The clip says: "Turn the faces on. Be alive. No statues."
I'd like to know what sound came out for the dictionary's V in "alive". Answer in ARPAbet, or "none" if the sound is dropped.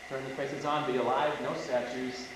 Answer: V